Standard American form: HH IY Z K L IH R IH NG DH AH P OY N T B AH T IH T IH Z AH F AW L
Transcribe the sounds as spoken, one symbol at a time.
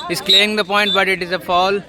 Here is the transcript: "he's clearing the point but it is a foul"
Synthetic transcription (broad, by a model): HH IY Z K L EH IH NG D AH P OY N T B AH T IH T IH Z AH F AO L